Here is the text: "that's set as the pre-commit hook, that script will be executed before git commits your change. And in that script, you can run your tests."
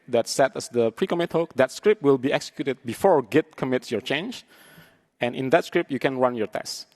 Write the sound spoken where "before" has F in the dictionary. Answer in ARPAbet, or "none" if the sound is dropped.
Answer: F